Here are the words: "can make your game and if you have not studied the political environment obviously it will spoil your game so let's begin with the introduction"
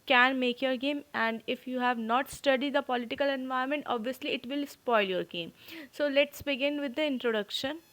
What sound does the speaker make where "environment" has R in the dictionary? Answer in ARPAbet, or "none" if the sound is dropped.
none